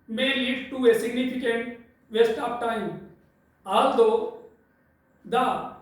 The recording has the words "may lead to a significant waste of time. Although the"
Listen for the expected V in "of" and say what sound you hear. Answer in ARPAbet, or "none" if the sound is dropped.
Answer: P